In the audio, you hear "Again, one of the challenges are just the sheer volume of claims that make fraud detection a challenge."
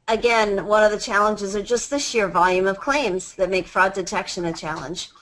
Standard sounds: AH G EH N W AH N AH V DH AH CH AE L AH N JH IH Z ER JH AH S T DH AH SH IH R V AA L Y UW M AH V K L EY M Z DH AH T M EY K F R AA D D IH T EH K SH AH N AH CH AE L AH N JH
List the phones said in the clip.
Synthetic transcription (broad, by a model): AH G EH N W AH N AH V DH AH CH AE L AH N JH IH Z ER JH AH S T DH AH SH IH R V AA L Y UW M AH V K L EY M Z DH AH T M EY K F R AA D D IH T EH K SH AH N AH CH AE L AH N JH